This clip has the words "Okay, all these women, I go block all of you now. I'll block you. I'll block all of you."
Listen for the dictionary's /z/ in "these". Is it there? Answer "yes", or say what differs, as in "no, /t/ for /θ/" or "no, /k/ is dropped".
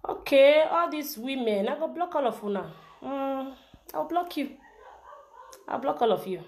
no, /s/ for /z/